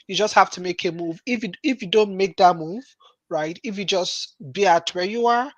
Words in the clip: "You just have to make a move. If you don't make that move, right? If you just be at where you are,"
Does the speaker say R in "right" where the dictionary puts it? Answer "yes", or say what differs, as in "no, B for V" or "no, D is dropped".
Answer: yes